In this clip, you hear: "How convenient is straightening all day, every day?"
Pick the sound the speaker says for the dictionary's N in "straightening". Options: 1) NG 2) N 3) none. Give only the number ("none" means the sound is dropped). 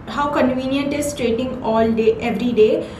3